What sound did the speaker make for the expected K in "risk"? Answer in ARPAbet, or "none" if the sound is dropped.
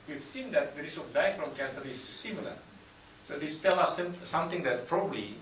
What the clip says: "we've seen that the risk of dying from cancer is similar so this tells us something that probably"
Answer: none